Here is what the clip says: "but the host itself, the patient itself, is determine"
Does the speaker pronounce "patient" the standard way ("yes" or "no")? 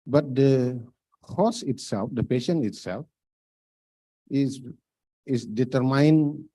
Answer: no